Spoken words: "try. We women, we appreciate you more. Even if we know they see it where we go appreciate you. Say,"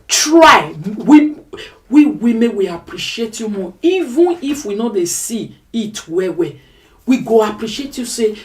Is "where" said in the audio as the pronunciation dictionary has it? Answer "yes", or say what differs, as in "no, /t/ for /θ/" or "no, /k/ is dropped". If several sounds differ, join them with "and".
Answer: no, /w/ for /ɹ/